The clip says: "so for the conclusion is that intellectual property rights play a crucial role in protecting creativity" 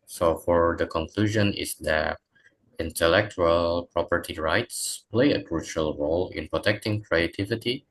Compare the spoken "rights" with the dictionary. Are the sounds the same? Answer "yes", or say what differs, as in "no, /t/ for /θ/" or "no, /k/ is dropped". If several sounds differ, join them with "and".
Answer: yes